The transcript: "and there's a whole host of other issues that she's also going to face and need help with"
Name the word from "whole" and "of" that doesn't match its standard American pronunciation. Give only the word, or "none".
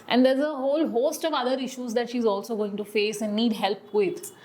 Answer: none